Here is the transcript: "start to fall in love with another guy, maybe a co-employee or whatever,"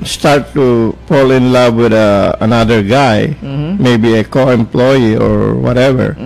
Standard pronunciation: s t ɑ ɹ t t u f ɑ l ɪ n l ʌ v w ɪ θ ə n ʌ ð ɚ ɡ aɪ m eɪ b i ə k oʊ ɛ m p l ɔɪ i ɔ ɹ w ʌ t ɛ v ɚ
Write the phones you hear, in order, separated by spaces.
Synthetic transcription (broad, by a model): s t ɑ ɹ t t u p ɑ l ɪ n l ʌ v w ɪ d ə n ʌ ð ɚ ɡ aɪ m eɪ b i ə k oʊ ɛ m p l ɔɪ i ɔ ɹ w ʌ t ɛ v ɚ